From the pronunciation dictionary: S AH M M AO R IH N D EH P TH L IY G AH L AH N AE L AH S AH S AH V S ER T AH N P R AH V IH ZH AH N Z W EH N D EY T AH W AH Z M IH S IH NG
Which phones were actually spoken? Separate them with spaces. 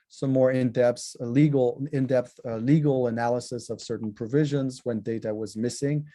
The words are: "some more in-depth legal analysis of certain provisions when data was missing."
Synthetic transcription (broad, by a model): S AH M M AO R IH N D EH P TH L IY G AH L AH N AE L AH S AH S AH V S ER T N P R AH V IH ZH AH N Z W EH N D EY T AH W AH Z M IH S IH NG